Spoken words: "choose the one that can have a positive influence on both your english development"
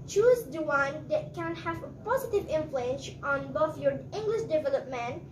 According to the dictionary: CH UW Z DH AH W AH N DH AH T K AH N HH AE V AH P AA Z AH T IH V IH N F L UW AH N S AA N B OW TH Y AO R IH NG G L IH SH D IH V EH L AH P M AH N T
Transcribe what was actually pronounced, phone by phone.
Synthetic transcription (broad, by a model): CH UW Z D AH W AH N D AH T K AH N HH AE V AH P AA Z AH T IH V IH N F L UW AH N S AA N B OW F Y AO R IH NG G L IH SH D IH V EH L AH P M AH N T